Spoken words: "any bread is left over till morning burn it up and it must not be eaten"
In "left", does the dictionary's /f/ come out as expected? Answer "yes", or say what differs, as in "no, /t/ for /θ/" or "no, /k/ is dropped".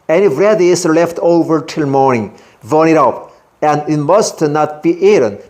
yes